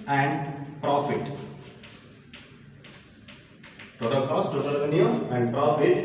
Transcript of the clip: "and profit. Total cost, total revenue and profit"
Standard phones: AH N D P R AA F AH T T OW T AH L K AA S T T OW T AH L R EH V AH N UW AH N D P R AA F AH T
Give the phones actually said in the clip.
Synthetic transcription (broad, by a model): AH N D P R AA F AH T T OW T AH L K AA S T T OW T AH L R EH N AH UW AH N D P R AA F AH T